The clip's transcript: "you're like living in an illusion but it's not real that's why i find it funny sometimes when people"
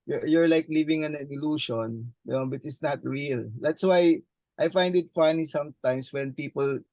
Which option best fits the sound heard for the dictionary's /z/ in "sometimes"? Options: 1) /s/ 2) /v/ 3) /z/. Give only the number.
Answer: 1